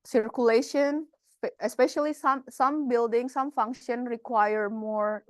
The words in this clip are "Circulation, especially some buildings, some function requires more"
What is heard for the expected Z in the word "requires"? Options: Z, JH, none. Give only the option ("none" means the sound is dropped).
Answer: none